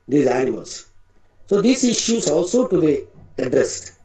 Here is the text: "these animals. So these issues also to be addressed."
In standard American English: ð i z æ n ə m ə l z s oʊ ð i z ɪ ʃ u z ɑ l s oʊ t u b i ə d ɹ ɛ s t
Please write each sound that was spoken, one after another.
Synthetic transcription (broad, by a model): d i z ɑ ə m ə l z s oʊ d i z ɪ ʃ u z ɑ l s oʊ t u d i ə d ɹ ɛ s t